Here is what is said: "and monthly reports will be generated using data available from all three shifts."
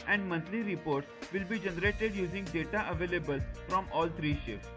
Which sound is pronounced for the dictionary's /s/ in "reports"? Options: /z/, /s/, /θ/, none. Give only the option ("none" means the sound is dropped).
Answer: /s/